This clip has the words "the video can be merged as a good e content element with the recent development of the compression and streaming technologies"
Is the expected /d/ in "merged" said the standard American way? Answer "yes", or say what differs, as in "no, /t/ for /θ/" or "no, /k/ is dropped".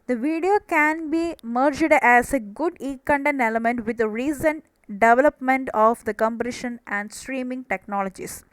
yes